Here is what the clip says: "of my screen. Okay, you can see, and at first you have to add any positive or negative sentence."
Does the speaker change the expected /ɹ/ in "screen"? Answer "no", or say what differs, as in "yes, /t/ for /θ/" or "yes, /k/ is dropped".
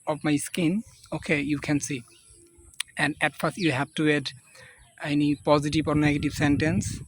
yes, /ɹ/ is dropped